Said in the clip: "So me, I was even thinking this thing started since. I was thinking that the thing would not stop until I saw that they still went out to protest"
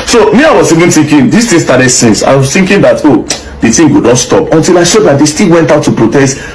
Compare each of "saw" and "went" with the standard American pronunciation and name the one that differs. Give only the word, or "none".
saw